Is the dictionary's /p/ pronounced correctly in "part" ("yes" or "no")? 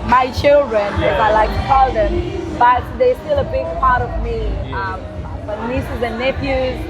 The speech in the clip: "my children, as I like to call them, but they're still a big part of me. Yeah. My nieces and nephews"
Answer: yes